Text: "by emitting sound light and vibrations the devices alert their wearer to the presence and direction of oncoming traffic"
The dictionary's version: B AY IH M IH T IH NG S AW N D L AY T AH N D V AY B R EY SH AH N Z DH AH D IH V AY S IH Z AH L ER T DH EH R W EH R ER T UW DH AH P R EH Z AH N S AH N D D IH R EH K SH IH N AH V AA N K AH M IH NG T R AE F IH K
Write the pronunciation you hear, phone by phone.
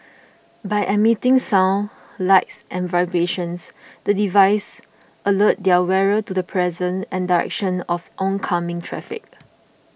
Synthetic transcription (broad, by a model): B AY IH M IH T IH NG S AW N L AY T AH N V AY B EY SH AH N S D AH D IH V AY S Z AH L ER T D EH W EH R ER T UW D AH P R EH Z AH N AH N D D IH R EH K SH IH N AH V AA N K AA M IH NG T R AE F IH K